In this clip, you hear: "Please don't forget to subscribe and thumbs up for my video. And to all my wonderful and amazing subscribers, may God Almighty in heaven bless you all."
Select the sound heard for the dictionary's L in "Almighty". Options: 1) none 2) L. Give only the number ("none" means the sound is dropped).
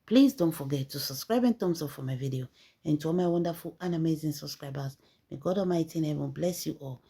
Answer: 1